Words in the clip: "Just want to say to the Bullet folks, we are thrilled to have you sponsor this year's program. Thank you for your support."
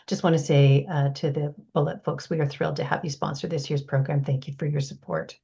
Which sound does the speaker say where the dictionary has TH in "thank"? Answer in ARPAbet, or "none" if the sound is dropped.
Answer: TH